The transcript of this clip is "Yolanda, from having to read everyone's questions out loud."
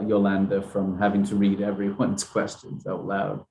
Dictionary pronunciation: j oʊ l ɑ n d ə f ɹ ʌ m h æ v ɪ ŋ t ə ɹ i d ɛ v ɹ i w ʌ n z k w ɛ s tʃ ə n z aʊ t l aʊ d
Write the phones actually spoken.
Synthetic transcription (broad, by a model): j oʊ l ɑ n d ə f ɹ ʌ m h æ v ɪ ŋ t ə ɹ i d ɛ v ɹ i w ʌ n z k w ɛ s tʃ ə n z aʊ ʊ l aʊ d